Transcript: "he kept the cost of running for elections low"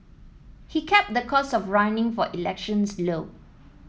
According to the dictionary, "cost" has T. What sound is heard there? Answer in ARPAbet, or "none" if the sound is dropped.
none